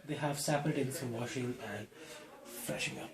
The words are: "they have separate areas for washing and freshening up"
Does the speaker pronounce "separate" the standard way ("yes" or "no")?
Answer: no